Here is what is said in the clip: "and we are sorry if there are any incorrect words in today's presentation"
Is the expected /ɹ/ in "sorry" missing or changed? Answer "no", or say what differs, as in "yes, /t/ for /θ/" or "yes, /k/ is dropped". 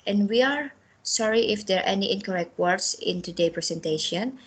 no